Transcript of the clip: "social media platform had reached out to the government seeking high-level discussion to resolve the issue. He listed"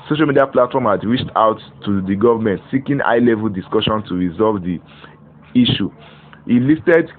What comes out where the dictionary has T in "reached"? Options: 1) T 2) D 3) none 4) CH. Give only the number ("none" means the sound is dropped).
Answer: 1